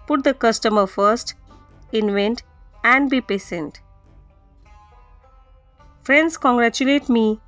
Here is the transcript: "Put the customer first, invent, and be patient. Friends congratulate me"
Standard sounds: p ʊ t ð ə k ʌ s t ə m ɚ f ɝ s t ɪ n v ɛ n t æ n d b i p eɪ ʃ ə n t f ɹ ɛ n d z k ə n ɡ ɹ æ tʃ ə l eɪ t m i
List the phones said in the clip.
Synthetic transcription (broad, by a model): p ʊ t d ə k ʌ s t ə m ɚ f ɝ s t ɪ n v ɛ n t æ n d b i p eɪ s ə n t f ɹ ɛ n d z k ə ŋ ɡ ɹ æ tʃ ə l eɪ t m i